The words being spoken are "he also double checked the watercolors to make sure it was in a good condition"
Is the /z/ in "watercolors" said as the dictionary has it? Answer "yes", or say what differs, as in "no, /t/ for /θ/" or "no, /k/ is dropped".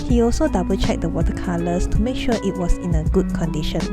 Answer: no, /s/ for /z/